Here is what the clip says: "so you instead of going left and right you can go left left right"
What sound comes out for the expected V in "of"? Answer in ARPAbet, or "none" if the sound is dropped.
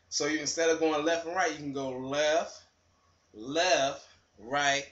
V